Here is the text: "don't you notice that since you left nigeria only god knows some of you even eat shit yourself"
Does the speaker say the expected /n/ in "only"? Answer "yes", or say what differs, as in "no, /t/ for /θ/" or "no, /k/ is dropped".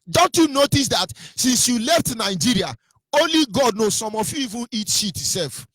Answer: yes